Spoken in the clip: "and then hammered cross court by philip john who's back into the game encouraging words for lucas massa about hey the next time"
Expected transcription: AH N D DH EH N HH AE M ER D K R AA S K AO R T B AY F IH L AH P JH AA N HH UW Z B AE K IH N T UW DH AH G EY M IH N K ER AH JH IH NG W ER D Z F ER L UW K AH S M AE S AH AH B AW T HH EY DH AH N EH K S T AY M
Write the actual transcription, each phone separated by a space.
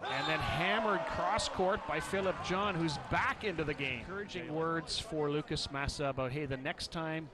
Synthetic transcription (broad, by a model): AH N DH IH N HH AE M ER D K R AA S K AO R T B AY F IH L AH P JH AA N HH UW Z B AE K IH N T UW DH AH G EY IH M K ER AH JH IH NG W ER D Z F ER L UW K AH S M AE S AH AH B AW T HH EY DH AH N EH K S T AY M